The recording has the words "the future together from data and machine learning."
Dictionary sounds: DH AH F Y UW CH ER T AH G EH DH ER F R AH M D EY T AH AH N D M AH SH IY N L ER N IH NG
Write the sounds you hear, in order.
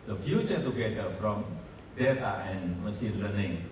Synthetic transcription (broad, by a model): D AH F Y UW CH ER T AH G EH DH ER F R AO M D EY T AH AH N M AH S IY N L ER N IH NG